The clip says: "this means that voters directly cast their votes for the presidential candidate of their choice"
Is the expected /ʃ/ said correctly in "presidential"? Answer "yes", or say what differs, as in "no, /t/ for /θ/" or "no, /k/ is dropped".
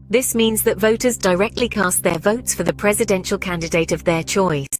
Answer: yes